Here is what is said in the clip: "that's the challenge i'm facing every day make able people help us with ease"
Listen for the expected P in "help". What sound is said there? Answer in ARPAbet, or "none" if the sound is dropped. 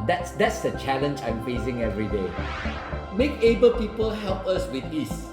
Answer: P